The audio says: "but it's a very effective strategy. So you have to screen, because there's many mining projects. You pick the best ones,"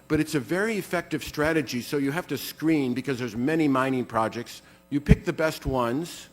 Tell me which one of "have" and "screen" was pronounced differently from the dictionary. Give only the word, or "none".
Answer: have